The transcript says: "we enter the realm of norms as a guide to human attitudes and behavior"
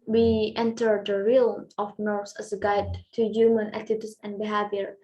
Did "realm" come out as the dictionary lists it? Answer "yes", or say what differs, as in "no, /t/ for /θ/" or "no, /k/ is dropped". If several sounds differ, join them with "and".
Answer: no, /m/ is dropped